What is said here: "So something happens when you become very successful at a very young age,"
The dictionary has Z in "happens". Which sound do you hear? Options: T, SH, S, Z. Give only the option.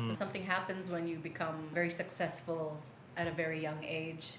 Z